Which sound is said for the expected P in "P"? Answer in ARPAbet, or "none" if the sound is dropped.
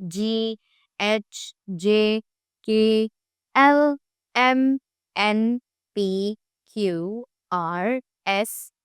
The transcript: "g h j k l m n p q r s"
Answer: P